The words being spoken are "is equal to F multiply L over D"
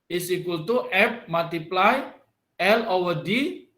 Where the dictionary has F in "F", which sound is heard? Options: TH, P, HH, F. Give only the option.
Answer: P